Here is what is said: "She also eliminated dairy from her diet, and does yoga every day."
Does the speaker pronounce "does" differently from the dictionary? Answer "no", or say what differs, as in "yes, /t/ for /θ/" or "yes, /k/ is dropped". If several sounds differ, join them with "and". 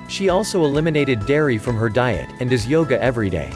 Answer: no